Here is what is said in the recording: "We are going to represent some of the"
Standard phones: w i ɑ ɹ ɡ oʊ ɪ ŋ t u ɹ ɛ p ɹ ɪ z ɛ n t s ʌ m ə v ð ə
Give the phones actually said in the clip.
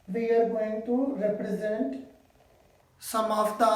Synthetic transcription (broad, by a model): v i ɑ ɹ ɡ oʊ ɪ ŋ t u ɹ ɛ p ɹ ɪ z ɛ n t s ʌ m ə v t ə